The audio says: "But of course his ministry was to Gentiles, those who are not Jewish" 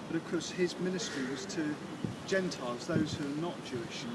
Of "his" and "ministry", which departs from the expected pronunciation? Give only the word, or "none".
none